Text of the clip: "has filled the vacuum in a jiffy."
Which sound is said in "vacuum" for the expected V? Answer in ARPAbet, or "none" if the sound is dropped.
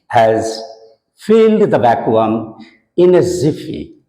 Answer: B